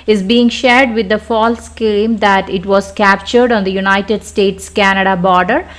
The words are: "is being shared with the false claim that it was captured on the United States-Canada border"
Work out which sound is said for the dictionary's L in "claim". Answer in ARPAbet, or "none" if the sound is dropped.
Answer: none